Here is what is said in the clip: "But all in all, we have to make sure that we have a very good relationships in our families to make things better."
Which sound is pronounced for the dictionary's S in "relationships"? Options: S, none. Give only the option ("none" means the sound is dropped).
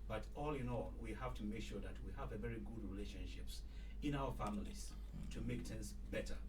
S